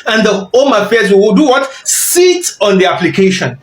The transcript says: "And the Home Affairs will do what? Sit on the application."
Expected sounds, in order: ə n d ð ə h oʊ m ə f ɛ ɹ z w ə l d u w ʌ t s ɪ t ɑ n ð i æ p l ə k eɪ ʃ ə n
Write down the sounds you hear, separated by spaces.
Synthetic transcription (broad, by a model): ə n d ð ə h oʊ m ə f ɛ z w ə w d u w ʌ t s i t ɑ n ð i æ p l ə k eɪ ʃ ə n